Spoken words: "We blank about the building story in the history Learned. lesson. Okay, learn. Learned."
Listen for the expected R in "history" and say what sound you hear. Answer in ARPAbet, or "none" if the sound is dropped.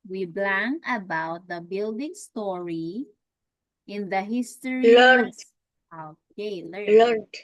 none